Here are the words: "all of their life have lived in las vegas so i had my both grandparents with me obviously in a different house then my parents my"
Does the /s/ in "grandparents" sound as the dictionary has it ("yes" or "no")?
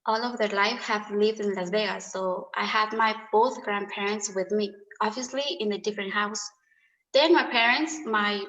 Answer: yes